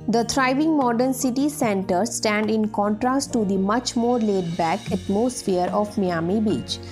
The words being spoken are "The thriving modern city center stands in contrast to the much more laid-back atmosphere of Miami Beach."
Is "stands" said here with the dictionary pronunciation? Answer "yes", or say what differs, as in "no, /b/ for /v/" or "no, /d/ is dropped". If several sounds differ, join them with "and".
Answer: no, /z/ is dropped